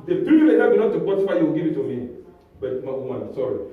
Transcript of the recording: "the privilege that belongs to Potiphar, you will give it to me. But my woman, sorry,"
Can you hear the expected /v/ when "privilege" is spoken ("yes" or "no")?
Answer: no